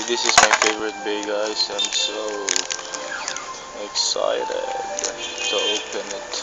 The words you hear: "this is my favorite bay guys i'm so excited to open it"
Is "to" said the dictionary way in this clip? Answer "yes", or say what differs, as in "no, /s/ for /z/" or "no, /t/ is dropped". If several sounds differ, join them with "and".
no, /s/ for /t/